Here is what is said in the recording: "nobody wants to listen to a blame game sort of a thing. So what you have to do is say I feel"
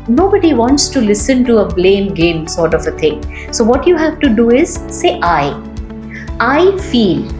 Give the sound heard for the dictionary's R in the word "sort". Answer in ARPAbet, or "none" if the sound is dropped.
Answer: R